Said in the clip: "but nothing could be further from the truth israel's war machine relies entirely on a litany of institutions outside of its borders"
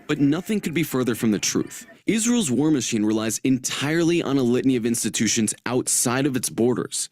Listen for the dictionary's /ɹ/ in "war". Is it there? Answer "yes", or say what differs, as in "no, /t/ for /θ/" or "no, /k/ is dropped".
yes